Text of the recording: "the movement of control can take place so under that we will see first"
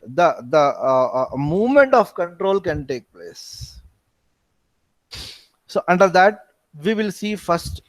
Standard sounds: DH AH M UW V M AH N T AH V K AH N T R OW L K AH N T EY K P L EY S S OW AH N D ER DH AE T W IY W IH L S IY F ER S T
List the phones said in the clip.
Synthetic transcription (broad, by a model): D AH M UW V M AH N T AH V K AH N T R OW L K AH N T EY K P L EY S S OW AH N D ER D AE T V IY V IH L S IY F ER S T